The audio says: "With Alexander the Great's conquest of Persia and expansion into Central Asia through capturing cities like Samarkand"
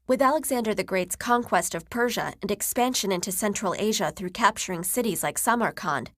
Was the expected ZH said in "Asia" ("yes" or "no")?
yes